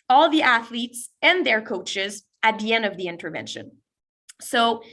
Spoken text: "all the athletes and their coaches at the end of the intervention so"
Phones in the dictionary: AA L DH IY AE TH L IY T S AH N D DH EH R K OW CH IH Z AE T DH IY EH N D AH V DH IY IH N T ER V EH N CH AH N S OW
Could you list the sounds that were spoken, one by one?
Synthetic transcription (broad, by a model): AA L DH IY AE TH L IY T S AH N DH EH R K OW CH IH Z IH T DH IY EH N D AH V DH IY IH N T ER V EH N SH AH N S OW